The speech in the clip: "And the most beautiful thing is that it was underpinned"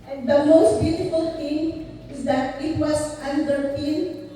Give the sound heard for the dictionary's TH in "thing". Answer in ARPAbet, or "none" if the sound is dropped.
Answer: T